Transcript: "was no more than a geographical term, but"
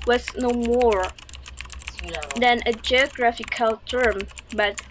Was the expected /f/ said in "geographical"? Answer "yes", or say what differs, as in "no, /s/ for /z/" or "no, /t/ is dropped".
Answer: yes